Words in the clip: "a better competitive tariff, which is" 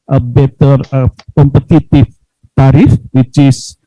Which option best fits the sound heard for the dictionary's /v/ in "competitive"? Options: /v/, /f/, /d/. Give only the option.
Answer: /f/